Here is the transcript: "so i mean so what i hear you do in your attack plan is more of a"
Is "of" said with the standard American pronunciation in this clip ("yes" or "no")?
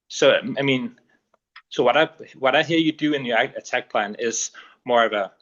yes